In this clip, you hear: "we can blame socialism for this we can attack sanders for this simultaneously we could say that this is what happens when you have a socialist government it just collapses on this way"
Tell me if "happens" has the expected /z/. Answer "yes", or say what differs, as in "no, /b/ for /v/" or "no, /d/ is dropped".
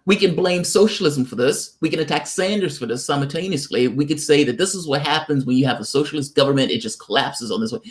yes